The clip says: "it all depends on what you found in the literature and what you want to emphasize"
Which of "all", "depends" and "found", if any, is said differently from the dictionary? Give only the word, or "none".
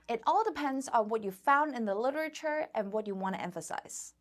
none